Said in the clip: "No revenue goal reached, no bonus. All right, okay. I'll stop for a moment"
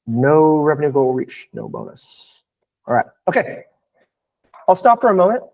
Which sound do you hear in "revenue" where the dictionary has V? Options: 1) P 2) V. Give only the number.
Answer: 2